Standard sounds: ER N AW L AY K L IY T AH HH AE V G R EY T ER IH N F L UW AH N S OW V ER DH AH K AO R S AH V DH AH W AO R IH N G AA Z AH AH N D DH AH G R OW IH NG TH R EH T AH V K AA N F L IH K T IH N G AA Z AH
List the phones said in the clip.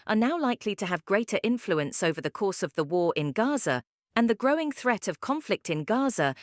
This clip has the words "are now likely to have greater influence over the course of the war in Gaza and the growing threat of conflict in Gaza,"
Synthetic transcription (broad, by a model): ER N AW L AY K L IY T AH V G R EY T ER IH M F L UW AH N S OW V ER DH AH K AO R S AH V DH AH W AO R IH N G AA Z AH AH N DH AH G R OW IH NG TH R EH T AH V K AA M F L IH K T IH N G AA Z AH